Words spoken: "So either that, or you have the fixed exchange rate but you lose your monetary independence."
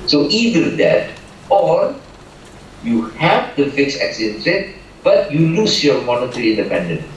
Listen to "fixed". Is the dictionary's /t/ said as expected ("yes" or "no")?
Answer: no